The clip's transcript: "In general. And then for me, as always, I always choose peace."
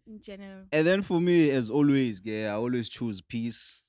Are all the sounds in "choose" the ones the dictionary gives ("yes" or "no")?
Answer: yes